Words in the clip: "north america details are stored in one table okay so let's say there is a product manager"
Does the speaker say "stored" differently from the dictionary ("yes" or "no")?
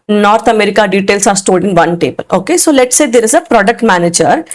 yes